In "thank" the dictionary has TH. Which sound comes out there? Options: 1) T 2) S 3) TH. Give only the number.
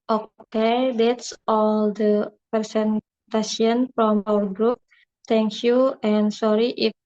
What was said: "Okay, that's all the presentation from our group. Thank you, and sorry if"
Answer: 1